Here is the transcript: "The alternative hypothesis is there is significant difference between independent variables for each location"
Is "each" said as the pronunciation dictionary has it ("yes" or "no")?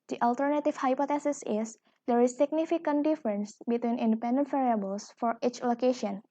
yes